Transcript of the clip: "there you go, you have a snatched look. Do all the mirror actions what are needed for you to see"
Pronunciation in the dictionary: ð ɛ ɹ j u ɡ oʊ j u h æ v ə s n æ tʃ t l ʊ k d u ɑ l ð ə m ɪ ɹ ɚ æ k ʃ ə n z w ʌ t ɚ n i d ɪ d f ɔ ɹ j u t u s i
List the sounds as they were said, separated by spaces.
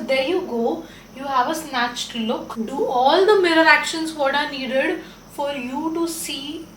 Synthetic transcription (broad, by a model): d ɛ ɹ j u ɡ oʊ j u h æ v ə s n æ tʃ t l ʊ k d u ɑ l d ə m ɪ ɹ ɚ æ k ʃ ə n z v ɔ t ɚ n i d ɪ d f ɔ ɹ j u t u s i